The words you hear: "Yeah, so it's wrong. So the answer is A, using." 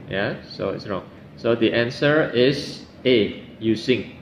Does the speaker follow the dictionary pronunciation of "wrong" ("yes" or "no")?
yes